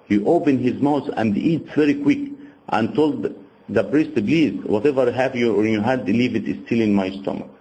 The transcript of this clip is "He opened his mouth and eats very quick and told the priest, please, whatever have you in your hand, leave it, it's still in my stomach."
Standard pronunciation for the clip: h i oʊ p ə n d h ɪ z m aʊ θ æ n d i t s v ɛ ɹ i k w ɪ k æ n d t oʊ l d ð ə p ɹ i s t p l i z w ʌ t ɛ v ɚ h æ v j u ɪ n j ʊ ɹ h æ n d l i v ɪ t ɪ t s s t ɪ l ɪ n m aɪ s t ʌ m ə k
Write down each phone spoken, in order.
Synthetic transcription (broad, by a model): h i oʊ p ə n h ɪ z m aʊ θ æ n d i t s v ɛ ɹ i k w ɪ k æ n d t oʊ l d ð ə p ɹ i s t b l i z w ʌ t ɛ v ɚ h æ v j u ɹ j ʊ h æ d l i v ɪ t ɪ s s t ɪ l ɪ n m aɪ s t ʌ m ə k